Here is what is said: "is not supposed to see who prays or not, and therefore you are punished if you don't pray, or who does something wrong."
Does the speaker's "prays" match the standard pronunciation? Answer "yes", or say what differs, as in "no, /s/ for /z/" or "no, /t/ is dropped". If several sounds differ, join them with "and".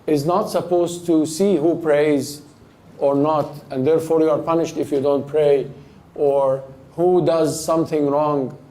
yes